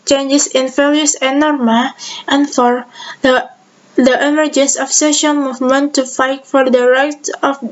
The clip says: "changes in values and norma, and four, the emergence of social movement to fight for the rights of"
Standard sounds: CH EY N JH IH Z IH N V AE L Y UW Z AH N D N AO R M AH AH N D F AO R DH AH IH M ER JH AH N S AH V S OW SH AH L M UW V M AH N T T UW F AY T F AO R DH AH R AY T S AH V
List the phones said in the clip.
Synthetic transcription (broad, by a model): CH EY N JH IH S IH N F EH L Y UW AH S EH N AO R M AH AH N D F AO R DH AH IH M ER JH AH N S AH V S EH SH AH N M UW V M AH N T T UW F AY T F AO R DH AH R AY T AH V